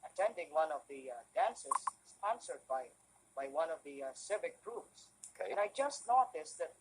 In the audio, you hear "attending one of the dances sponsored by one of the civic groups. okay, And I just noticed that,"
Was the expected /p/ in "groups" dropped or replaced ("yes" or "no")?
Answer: yes